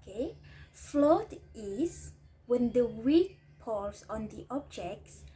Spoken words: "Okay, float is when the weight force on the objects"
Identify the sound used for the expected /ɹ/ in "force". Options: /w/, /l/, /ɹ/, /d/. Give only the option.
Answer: /l/